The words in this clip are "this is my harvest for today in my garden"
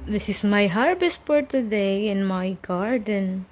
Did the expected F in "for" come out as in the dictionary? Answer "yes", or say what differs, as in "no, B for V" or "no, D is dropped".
no, P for F